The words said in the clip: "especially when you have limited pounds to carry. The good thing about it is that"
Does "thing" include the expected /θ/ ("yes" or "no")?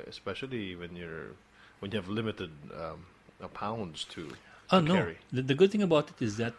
yes